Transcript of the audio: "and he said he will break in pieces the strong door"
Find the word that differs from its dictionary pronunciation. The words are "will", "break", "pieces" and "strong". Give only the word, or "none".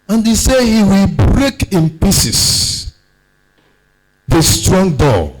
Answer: pieces